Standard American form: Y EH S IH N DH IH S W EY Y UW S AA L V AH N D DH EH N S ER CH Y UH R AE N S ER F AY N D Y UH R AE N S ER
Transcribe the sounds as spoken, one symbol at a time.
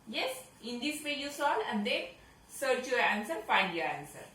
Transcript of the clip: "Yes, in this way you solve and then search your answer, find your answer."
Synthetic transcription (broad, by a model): Y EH S IH N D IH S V EY Y UW S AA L AH N D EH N S ER CH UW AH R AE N S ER F AY N D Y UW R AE N S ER